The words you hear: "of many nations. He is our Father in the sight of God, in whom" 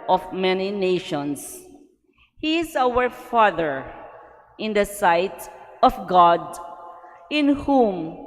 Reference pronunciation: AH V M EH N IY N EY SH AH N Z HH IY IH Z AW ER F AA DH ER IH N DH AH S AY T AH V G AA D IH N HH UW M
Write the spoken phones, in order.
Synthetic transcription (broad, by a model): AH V M EH N IY N EY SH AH N S HH IY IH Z AW ER F AA DH ER IH N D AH S AY T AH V G AA D IH N HH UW M